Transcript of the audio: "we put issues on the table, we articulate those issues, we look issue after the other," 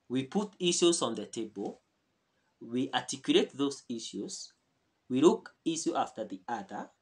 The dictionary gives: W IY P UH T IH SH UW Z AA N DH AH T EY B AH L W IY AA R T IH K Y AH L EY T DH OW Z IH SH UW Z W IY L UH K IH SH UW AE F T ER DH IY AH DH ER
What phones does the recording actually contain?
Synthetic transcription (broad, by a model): W IY P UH T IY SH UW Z AA N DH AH T EY B AH L W IY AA T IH K Y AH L EY T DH OW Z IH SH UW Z W IY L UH K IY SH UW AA F T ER DH IY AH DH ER